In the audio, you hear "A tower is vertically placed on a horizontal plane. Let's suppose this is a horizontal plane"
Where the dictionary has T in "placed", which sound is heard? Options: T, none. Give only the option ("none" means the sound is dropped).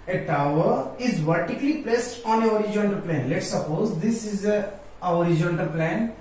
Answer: T